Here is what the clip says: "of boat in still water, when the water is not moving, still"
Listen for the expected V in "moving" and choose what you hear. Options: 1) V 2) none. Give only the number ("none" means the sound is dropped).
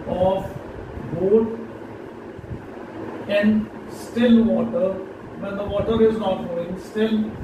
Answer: 2